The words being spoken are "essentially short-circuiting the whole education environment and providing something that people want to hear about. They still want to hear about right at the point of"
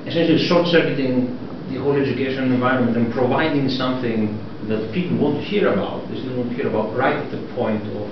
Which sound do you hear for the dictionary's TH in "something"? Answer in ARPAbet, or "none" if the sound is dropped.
TH